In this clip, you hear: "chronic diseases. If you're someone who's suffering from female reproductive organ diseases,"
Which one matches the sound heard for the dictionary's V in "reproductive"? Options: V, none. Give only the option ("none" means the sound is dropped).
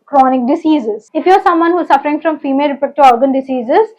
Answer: none